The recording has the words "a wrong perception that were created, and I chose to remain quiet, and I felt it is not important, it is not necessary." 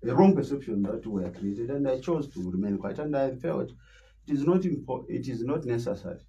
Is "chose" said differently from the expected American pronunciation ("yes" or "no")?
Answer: no